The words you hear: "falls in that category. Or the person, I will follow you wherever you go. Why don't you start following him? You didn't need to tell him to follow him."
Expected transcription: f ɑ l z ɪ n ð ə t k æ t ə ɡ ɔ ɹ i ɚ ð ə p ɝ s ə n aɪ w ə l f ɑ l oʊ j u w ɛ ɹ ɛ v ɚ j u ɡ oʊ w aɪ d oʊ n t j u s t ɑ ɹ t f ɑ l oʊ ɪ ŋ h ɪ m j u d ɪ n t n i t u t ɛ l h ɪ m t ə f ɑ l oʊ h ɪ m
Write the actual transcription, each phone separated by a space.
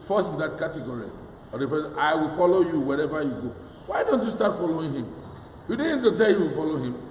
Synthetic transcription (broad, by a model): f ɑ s ɪ n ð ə t k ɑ t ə ɡ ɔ ɹ i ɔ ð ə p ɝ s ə ɪ w ə l f ɑ l oʊ j u w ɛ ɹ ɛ v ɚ j u ɡ oʊ w aɪ d oʊ n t j u s t ɑ t f ɑ l oʊ ɪ ŋ h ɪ m j u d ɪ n n i t u t ɛ l h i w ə f ɑ l oʊ h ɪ m